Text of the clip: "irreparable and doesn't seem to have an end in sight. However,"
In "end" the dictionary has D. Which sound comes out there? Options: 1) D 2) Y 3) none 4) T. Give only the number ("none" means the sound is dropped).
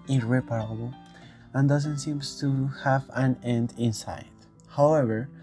1